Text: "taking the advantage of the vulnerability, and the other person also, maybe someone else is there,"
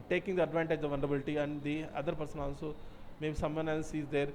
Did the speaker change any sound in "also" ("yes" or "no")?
yes